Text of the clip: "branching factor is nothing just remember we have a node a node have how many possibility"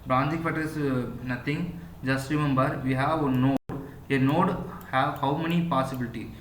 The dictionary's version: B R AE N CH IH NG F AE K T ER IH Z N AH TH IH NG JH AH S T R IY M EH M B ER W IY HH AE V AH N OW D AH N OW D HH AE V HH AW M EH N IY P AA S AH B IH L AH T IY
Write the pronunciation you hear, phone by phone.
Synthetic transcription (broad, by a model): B R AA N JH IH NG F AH T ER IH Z N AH T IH NG JH AH S T R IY M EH M B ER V IY HH AE V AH N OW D AH N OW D HH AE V HH AW M EH N IY P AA S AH B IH L T IY